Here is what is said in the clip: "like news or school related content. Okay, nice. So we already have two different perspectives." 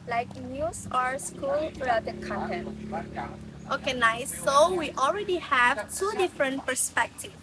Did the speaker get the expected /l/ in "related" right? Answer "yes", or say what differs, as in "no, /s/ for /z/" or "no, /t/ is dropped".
no, /l/ is dropped